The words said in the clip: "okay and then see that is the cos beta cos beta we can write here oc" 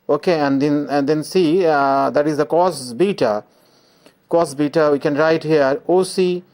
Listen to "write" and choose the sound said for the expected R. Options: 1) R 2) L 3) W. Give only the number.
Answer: 1